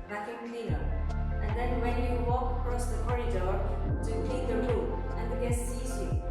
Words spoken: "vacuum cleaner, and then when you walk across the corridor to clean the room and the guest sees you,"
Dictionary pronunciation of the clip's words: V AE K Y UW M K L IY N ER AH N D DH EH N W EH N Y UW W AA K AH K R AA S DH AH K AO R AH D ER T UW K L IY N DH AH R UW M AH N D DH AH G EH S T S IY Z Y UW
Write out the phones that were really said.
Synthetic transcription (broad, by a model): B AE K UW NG K L IY N ER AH N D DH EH N W EH N Y UW W AA K AH K R AA S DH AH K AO R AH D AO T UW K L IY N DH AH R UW AH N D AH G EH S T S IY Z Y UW